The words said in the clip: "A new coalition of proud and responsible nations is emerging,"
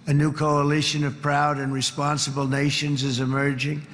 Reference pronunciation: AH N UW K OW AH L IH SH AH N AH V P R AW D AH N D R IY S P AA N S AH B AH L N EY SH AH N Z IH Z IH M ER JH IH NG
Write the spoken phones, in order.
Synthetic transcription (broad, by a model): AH N UW K OW AH L IH SH AH N AH V P R AW D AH N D R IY S P AA N S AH B L N EY SH AH N Z IH Z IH M ER JH IH NG